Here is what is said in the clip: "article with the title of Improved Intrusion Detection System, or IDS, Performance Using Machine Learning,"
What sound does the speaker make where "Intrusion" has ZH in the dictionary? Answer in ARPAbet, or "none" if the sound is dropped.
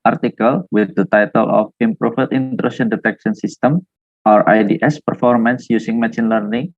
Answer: SH